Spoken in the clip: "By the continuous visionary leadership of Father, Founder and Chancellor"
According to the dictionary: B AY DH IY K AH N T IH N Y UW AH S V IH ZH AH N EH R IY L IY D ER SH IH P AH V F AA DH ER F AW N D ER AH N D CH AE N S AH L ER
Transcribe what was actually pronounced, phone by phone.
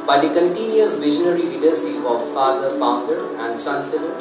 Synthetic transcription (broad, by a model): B AY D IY K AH N T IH N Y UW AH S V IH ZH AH N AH R IY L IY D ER S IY AH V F AA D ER F AW N D ER AH N D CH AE N S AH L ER